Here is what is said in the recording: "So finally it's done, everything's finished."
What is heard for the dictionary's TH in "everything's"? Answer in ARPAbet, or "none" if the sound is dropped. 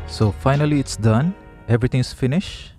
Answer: T